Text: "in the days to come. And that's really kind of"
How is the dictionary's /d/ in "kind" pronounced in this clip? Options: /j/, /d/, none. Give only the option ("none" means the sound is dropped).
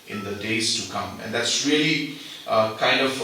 /d/